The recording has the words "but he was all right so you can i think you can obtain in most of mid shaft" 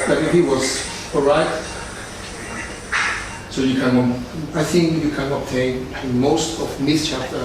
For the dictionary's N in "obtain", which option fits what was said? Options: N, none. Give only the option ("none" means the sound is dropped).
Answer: none